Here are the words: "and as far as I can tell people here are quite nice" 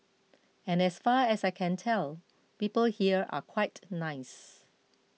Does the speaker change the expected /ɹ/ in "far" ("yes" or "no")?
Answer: no